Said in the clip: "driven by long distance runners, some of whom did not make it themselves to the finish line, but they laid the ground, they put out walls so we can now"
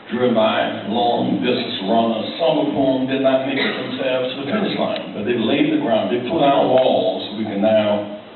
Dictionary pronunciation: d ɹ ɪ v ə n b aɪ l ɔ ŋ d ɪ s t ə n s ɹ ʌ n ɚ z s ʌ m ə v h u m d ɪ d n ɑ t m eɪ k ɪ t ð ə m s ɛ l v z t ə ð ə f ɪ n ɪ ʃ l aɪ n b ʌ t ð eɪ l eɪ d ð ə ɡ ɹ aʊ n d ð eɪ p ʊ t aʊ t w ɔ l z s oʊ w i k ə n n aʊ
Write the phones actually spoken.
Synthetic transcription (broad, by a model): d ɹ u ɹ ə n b aɪ l ɔ ŋ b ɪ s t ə s ɹ ʌ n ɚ s ʌ m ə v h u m d ɪ d n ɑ t m eɪ k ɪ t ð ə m s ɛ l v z t ə ð ə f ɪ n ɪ s l aɪ n b ʌ t ð eɪ l eɪ d ð ə ɡ ɹ aʊ n d ð eɪ p ʊ t aʊ t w ɔ l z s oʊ w i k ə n n aʊ